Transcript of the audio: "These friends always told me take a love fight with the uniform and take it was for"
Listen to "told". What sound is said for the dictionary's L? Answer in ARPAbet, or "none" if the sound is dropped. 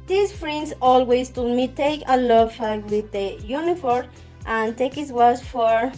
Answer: none